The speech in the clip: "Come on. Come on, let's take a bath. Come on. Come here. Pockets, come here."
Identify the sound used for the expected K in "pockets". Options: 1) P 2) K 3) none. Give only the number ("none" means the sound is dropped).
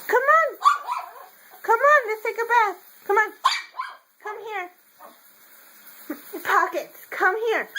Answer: 2